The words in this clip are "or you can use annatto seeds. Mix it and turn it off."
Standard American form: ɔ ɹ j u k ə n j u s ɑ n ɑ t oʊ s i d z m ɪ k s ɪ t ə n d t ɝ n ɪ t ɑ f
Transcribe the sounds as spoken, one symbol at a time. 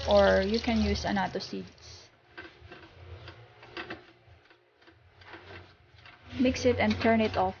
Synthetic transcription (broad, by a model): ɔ ɹ j u k ə n j u s ɑ n ɑ t oʊ s i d s m ɪ k s ɪ t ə n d t ɝ n ɪ t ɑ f